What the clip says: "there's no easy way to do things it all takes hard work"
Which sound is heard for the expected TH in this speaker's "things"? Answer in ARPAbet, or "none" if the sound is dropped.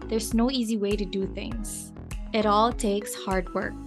TH